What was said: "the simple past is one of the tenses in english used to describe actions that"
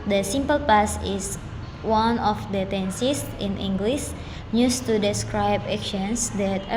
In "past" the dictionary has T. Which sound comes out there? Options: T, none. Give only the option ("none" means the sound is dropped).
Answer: none